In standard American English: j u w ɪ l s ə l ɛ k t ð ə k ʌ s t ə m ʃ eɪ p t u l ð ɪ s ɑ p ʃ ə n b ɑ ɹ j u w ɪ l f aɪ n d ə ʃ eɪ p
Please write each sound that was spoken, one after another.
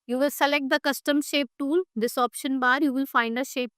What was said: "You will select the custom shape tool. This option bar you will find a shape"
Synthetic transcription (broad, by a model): j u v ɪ l s ə l ɛ k t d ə k ʌ s t ə m ʃ eɪ p t u l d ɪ s ɑ p ʃ ə n b ɑ ɹ j u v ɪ l f aɪ n d ə ʃ eɪ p